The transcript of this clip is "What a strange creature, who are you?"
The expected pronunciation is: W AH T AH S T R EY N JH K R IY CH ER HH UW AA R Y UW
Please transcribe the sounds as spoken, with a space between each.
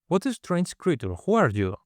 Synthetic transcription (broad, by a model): W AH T AH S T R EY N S K R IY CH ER HH UW AA R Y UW